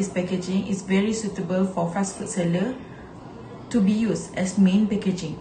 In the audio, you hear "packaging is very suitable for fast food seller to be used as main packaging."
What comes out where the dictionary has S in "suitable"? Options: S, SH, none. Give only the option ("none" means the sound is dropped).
S